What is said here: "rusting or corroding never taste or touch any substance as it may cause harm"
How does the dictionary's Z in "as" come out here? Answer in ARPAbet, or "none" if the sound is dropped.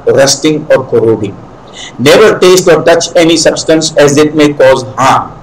Z